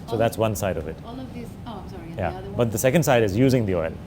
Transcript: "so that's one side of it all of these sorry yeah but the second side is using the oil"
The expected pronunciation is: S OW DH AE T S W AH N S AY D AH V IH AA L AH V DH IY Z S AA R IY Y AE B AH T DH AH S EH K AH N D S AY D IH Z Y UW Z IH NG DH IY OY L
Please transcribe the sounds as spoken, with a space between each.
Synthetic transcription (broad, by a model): S OW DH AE T S W AH N S AY D AH V IH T Y AE B AH T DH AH S EH K AH N D S AY D IH Z Y UW Z IH NG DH IY OY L